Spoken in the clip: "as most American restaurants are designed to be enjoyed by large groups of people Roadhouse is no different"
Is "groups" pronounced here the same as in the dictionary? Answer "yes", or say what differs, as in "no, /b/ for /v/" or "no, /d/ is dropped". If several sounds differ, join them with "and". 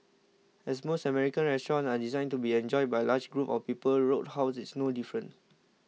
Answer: no, /s/ is dropped